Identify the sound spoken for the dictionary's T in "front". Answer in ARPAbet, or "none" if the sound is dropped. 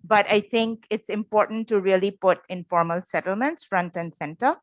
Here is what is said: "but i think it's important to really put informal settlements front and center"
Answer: T